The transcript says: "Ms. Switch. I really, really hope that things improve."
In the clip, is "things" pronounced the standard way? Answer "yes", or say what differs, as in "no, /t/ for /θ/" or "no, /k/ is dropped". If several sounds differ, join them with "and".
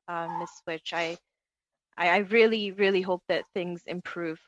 yes